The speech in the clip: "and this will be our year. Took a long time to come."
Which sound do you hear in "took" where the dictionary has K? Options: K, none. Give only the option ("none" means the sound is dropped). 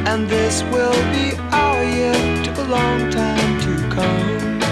none